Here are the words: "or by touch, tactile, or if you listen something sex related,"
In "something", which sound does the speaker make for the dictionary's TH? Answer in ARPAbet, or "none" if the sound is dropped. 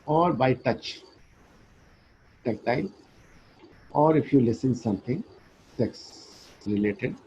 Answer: T